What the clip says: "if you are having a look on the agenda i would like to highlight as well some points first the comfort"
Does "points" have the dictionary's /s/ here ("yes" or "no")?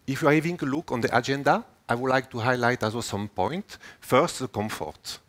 no